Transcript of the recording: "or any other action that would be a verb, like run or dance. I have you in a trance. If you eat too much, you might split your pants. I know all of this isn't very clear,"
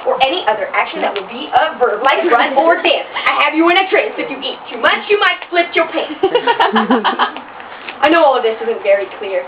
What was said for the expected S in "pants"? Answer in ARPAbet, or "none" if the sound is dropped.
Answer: none